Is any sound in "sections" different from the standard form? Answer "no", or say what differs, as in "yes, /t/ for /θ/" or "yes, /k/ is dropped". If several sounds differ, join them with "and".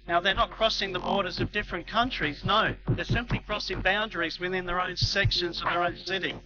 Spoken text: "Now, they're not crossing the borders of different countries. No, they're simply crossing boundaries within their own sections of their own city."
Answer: no